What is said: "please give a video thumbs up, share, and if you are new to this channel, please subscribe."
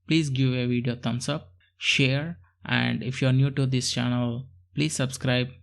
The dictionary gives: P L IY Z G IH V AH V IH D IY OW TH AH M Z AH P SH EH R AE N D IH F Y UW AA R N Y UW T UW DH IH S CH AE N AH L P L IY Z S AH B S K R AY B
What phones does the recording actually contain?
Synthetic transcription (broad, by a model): P L IY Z G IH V AH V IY D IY OW T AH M S AH P SH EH R AE N D IH F Y UW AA R N Y UW T UW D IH S CH AE N AH L P L IY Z S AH B S K R AY B